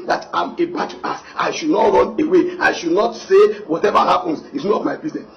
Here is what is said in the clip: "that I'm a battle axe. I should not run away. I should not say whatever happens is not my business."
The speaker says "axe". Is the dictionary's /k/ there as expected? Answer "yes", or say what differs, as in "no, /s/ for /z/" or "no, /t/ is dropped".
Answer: no, /k/ is dropped